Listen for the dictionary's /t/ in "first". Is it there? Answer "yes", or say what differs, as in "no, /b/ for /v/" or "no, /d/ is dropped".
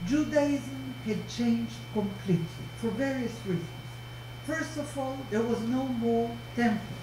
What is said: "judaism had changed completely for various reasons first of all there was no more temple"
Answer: yes